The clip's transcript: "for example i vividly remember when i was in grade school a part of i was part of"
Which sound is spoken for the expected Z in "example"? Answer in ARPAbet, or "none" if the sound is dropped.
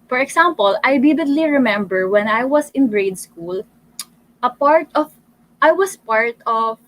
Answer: S